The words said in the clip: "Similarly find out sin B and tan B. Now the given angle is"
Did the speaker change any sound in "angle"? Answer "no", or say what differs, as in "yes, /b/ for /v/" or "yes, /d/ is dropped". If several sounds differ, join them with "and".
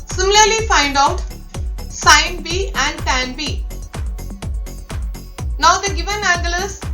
yes, /ŋ/ is dropped